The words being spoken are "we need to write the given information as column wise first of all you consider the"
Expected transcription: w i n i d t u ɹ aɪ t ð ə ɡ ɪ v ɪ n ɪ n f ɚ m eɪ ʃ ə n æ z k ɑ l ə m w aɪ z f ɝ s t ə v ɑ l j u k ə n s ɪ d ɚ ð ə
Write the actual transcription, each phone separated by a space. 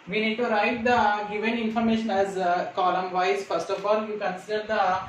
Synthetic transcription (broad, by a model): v i n i d t u ɹ aɪ t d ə ɡ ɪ v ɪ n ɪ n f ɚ m eɪ ʃ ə n æ z k ɑ l ə m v aɪ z f ɝ s t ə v ɑ l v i k ə n s ɪ d ɚ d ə